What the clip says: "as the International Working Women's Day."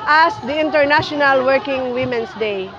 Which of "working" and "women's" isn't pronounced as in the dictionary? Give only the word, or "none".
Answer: women's